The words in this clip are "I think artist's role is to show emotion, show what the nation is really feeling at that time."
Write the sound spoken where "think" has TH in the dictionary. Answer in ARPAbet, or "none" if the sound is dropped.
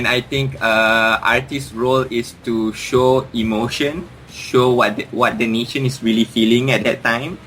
T